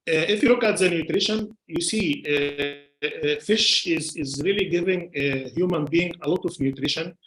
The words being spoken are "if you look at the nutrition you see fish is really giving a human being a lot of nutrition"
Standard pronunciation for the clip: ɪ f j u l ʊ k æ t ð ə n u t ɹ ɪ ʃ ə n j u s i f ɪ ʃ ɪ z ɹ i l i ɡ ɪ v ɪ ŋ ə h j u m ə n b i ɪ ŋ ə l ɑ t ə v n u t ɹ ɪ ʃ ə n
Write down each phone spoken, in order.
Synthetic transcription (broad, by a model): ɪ f j u l ʊ k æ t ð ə n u t ɹ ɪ ʃ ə n j u s i f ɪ ʃ ɪ z ɹ i l i ɡ ɪ v ɪ ŋ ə h j u m ə n b i ɪ ŋ ə l ɑ t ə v n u t ɹ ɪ ʃ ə n